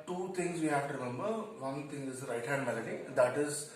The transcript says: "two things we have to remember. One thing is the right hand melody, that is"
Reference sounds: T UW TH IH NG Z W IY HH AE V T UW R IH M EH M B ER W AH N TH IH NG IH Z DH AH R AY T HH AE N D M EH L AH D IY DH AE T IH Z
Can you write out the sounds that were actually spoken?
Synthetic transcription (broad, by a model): T UW T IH NG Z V IY HH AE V T UW R IH M EH M B ER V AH N T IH NG IH Z R AY T HH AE N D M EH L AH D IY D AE T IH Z